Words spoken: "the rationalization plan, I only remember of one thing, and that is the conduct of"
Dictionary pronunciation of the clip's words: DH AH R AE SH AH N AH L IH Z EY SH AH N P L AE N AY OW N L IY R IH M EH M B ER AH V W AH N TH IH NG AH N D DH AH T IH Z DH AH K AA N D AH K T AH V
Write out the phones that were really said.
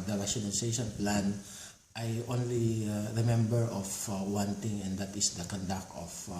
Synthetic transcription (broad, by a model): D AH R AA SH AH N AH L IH S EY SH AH N P L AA N AY OW N L IY R IH M EH M B ER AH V W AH N T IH NG AH N D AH T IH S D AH K AA N D AH K T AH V